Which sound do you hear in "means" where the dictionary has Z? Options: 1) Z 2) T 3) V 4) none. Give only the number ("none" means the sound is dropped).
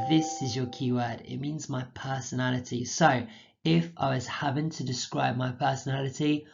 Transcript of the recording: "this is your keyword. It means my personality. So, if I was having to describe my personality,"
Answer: 1